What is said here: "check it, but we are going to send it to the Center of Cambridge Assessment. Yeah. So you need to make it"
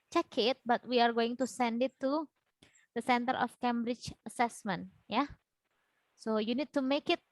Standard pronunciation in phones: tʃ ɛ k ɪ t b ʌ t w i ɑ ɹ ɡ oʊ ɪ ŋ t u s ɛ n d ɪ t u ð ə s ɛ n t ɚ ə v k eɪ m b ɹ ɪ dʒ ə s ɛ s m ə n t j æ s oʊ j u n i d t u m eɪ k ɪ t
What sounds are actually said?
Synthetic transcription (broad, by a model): tʃ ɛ k ɪ t b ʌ t w i ɑ ɹ ɡ oʊ ɪ ŋ t u s ɛ n d ɪ t u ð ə s ɛ n t ɚ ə f k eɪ m b ɹ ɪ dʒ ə s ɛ s m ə n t j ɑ s oʊ j u n i d t u m eɪ k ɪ t